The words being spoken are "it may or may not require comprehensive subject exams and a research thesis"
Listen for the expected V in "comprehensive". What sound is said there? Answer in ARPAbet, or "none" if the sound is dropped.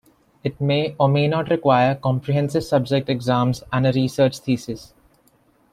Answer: V